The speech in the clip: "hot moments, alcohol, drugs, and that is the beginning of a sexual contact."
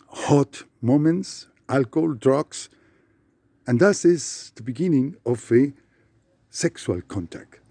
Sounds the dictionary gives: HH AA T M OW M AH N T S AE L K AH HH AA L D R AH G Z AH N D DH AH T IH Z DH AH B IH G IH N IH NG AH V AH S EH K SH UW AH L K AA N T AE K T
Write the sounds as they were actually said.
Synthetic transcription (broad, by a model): HH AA T M OW M AH N T S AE L K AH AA L D R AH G S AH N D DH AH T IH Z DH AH B IH G IH N IH NG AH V AH S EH K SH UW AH L K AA N T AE K T